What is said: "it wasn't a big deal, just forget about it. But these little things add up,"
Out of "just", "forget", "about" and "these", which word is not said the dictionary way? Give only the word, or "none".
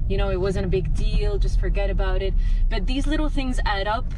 none